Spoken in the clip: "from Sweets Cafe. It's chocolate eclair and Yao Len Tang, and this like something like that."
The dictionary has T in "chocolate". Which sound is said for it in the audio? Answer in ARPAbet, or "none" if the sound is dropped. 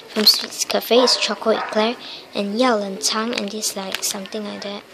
none